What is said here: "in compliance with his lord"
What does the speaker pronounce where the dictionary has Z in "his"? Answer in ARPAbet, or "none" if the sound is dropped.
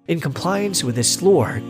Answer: S